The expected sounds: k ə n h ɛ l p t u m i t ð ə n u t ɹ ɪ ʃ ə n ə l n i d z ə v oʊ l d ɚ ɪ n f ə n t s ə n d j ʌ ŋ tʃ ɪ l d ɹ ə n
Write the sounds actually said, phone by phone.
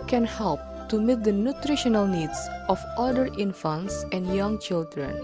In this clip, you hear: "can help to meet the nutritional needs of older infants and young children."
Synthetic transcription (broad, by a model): k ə n h ɛ l p t u m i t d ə n u t ɹ ɪ ʃ ə n ə l n i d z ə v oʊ d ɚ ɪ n f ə n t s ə n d j ʌ ŋ tʃ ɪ l d ɹ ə n